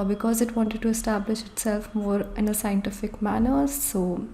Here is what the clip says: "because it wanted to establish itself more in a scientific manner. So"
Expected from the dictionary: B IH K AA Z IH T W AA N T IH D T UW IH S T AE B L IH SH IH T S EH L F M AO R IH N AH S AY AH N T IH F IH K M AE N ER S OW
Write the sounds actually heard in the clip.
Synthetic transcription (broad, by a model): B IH K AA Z IH T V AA N T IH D T UW IH S T AE B L IH SH IH T S EH L F M AO R IH N AH S AY AH N T IH F IH K M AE N ER S OW